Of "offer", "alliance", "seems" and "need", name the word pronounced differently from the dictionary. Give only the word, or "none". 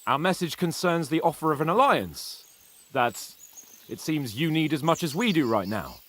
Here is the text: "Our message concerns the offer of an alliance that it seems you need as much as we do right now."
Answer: none